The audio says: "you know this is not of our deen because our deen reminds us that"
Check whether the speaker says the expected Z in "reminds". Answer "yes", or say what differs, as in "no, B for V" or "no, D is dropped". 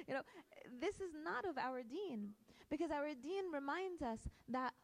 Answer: yes